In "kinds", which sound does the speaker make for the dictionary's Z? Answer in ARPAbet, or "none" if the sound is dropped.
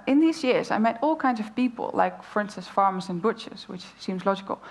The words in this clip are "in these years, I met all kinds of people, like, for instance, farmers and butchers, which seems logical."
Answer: Z